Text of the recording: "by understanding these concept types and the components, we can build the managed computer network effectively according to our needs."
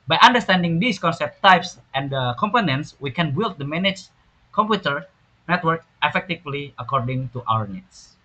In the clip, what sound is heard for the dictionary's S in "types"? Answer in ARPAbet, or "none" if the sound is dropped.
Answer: S